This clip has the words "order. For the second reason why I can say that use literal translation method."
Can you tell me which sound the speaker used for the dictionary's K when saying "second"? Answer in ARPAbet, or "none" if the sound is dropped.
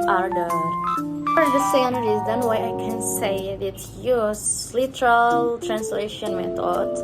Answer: none